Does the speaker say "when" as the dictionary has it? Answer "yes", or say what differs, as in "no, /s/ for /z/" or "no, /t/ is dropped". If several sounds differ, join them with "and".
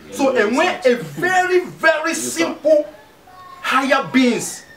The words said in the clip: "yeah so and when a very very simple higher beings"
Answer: no, /n/ is dropped